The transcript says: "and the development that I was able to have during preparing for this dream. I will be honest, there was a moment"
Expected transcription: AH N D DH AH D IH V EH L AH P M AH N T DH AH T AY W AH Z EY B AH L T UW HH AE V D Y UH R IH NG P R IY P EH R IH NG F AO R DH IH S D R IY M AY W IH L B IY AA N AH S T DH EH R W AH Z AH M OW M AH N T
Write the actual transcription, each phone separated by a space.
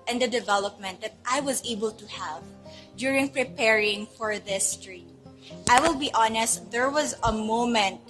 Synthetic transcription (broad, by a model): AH N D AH D IH V EH L AH P M AH N T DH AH T AY W AH Z EY B AH L T UW HH AE V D Y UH R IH NG P R IY P EH R IH NG F AO R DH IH S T R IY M AY W IH L B IY AA N AH S T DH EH R W AH Z AH M OW M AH N T